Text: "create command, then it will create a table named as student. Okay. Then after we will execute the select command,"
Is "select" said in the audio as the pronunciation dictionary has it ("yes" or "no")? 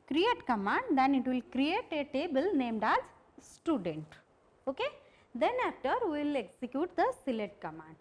no